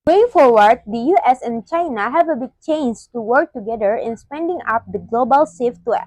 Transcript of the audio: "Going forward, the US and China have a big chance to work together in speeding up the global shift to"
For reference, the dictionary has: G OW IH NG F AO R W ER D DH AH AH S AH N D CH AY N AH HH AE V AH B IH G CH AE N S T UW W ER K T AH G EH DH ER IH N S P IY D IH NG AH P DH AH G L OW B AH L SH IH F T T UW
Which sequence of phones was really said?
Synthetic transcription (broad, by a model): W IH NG F AO R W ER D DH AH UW S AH N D CH AY N AH HH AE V AH B IH G CH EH N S T UW W ER K T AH G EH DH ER IH N S P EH D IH NG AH P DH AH G L OW B AH L S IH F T T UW